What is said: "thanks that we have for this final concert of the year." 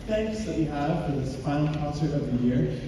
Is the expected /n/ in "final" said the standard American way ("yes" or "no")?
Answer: no